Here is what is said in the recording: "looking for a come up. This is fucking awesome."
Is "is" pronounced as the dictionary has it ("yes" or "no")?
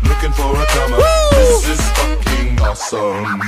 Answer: no